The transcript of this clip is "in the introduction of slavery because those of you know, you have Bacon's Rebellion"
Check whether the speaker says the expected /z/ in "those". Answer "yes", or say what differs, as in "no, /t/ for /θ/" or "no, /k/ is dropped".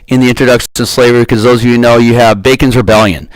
yes